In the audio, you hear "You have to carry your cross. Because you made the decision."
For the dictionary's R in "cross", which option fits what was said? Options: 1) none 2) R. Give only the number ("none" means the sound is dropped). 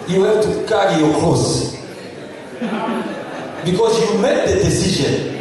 1